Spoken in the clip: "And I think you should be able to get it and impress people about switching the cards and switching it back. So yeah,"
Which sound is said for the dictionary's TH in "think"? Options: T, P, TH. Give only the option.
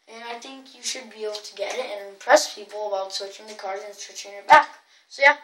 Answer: TH